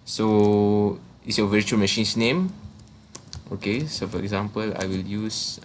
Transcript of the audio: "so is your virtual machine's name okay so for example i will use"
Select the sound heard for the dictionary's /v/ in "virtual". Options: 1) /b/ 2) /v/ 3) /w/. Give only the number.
2